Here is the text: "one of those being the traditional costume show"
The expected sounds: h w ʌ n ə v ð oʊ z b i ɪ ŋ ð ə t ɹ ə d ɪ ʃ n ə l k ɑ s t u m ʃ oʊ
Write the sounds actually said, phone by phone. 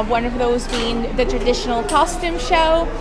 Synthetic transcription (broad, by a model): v w ʌ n ə v ð oʊ z b i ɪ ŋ ð ə t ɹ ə d ɪ ʃ n l k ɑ s t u m ʃ oʊ